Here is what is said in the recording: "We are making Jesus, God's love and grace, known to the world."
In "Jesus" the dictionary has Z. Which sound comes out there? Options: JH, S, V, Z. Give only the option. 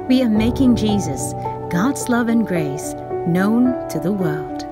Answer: Z